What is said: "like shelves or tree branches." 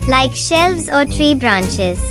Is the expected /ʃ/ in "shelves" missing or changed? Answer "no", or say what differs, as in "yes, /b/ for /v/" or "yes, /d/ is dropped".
no